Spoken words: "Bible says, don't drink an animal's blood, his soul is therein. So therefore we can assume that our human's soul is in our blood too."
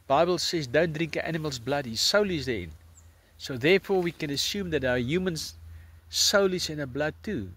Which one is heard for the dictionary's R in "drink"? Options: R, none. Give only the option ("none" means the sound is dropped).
R